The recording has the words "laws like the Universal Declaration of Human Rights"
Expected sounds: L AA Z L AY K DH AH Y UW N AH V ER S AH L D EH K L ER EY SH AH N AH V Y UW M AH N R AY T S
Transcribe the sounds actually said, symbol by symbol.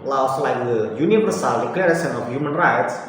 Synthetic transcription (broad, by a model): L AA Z L AY K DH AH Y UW N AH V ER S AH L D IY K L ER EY S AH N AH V Y UW M AH N R AY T S